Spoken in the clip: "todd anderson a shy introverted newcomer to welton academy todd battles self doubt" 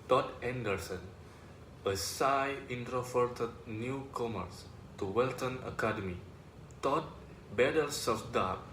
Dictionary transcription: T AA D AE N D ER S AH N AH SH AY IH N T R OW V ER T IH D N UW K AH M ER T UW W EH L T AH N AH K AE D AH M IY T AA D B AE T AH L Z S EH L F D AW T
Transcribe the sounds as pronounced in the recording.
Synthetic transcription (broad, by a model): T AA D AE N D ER S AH N AH S AY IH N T R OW F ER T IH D N UW K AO M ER T UW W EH L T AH N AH K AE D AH M IY T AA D B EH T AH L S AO F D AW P